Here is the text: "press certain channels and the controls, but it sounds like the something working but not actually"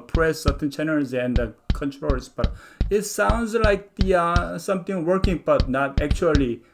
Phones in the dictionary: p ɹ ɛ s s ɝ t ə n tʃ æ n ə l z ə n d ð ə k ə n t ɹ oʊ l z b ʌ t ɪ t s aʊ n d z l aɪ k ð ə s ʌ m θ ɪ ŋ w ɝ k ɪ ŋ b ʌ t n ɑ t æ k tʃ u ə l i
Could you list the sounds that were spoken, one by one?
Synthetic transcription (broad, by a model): p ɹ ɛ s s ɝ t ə n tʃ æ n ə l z ə n d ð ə k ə n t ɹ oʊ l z b ʌ t ɪ t s aʊ n d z l aɪ k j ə s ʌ m t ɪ ŋ w ɝ k ɪ ŋ b ʌ t n ɑ t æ k tʃ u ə l i